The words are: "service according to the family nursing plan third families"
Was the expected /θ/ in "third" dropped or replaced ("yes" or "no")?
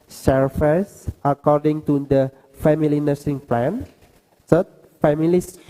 yes